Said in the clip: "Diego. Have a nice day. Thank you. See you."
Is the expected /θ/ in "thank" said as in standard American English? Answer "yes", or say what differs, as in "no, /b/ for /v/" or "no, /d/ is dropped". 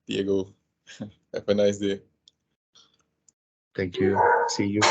no, /t/ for /θ/